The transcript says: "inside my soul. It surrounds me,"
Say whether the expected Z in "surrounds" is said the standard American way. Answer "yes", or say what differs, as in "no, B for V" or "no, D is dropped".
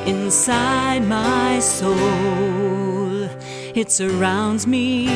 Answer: yes